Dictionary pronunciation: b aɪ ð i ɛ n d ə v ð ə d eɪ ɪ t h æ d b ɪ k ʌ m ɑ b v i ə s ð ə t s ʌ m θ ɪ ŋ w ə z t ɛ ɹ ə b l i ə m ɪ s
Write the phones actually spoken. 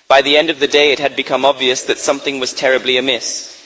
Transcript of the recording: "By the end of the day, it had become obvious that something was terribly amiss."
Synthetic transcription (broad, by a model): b aɪ ð i ɛ n d ə v ð ə d eɪ ɪ t h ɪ d b ɪ k ʌ m ɑ b v i ə s ð ə t s ʌ m θ ɪ ŋ w ə z t ɛ ɹ ə b l i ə m ɪ s